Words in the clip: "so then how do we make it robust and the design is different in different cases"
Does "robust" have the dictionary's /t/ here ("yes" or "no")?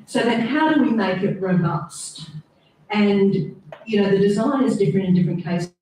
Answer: yes